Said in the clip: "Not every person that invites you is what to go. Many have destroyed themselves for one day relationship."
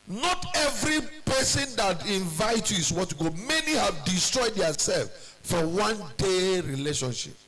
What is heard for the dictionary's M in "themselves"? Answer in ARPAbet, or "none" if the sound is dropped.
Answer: none